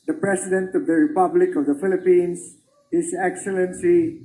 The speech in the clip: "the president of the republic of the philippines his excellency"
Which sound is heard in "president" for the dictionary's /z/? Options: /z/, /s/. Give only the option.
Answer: /s/